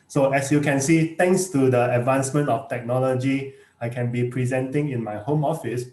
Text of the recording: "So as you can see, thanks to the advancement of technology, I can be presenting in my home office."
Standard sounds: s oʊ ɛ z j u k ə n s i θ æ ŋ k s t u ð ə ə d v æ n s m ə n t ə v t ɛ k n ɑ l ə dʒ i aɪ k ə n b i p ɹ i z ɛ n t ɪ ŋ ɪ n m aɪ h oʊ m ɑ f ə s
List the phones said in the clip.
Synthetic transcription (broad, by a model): s oʊ ɛ s j u k ə n s i t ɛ ŋ k s t u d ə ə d v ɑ n s m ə n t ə f t ɛ k n ɑ l ə dʒ i aɪ k ə n b i p ɹ i z ɛ n t ɪ ŋ ɪ n m aɪ h oʊ m ɑ f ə s